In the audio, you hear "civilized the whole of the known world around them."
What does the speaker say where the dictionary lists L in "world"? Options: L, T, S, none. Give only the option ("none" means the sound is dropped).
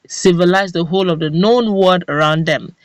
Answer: none